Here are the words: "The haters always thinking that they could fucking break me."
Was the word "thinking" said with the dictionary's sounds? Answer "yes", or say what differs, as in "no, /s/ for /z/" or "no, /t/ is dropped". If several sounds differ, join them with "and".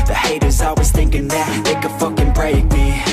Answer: yes